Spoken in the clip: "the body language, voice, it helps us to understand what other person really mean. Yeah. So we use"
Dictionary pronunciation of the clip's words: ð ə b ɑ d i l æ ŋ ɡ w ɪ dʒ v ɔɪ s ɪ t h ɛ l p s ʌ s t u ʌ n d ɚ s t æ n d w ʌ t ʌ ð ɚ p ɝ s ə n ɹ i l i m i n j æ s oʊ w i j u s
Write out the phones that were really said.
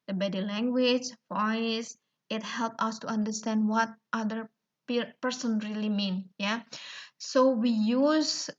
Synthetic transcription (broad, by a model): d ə b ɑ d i l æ ŋ ɡ w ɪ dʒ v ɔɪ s ɪ t h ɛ l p ʌ s t u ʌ n d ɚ s t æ n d w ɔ t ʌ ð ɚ p ɝ s ə n ɹ i l i m i n j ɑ s oʊ w i j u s